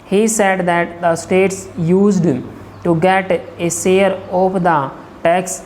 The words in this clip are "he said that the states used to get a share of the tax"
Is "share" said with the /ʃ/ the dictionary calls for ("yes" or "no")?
no